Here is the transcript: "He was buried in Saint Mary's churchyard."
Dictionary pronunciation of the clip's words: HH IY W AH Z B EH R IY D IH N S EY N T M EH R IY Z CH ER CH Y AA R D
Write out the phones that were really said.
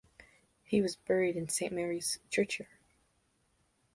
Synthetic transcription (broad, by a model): HH IY W AH Z B EH R IY D IH N S EY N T M EH R IY Z CH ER CH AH R